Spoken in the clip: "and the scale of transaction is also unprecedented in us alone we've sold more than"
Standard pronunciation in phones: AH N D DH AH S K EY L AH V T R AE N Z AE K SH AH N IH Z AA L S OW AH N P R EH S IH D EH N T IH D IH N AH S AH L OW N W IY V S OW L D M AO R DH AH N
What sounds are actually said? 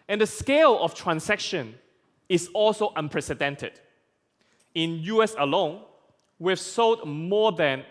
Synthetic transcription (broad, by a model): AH N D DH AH S K EY L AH F T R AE N S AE K SH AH N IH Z AA L S OW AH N P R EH S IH D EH N T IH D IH N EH S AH L OW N W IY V S OW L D M AO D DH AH N